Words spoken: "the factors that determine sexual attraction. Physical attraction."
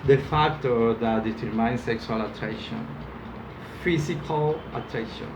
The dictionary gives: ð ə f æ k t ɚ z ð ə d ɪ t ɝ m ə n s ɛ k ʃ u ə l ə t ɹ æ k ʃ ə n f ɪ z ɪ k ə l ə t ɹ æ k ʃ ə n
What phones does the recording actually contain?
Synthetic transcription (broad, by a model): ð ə f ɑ k t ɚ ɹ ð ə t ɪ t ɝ m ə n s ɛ k s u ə l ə t ɹ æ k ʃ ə n f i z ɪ k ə l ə t ɹ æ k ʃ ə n